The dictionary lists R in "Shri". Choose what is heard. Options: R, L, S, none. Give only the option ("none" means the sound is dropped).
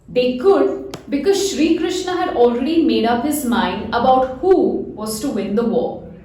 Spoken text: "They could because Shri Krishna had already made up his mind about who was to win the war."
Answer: R